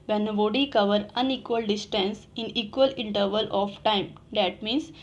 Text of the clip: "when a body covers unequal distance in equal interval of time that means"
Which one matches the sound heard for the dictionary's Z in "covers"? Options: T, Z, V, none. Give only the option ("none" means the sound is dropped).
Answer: none